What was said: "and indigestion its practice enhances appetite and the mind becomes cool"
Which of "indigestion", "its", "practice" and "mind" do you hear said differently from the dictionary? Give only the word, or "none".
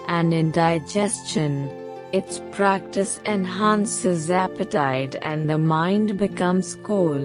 none